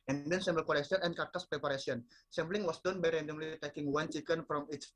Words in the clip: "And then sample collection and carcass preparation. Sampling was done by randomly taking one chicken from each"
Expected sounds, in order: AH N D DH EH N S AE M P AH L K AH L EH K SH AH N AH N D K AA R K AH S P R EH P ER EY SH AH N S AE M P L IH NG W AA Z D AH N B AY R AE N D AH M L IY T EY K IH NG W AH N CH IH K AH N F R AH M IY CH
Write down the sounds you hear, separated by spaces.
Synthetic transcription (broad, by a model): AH N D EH N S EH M B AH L K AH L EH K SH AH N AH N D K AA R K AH S P R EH P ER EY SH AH N S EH M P L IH NG W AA S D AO N B AY R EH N D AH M L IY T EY K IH NG W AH N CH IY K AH N F R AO M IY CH